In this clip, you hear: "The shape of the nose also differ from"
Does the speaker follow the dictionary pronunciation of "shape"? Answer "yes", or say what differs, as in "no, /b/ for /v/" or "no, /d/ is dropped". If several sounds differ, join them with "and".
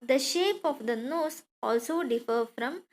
yes